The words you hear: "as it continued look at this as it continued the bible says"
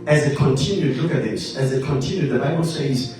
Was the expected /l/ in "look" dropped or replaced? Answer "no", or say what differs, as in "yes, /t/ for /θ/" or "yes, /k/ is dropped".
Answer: no